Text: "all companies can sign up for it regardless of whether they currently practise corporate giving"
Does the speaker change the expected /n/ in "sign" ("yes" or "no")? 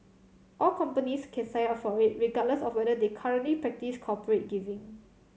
yes